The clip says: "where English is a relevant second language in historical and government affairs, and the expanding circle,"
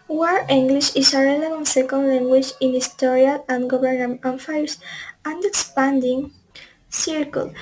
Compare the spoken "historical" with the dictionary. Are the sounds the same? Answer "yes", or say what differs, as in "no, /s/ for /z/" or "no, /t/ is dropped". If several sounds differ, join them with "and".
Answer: no, /k/ is dropped